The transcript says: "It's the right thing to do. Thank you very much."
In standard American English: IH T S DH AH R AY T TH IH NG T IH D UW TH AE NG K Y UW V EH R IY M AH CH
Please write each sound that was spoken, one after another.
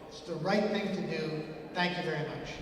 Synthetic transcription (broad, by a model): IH T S DH AH R AY T TH IH NG T IH D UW TH AE NG K Y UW V EH R IY M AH CH